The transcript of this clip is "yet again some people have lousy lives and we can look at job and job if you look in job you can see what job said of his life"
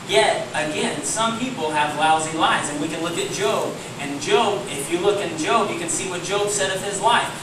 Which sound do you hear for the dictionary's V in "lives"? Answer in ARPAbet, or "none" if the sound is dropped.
none